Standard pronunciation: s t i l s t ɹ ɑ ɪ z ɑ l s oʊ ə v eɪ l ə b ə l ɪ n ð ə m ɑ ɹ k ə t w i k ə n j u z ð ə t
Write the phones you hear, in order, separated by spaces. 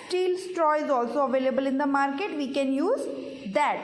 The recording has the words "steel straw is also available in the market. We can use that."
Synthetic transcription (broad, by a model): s t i l s t ɹ ɑ ɪ z ɑ l s oʊ ə v eɪ l ə b ə l ɪ n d ə m ɑ ɹ k ə t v i k ə n j u z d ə t